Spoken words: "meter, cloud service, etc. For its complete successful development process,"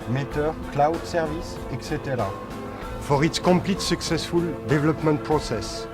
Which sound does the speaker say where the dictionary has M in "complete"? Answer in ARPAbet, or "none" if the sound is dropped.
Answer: none